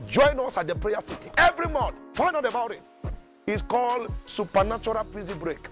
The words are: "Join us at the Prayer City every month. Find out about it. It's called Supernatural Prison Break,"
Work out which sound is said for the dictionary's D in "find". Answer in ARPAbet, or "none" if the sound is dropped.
none